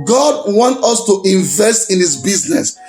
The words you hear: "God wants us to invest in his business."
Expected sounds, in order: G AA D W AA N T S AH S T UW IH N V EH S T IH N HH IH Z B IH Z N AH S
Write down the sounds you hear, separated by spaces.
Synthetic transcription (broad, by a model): G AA D W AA N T AH S T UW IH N V EH S T IH N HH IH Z B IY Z N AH S